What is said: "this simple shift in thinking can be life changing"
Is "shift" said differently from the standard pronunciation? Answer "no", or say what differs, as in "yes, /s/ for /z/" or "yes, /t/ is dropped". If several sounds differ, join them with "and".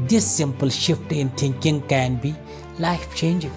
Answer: no